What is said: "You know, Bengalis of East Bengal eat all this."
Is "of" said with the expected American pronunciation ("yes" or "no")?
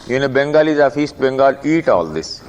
no